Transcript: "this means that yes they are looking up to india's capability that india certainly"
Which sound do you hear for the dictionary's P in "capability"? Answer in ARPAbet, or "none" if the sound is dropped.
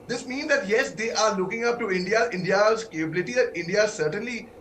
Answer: P